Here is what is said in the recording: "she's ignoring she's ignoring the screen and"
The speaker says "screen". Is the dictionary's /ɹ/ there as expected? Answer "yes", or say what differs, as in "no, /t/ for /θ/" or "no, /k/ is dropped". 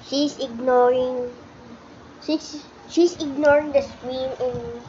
no, /w/ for /ɹ/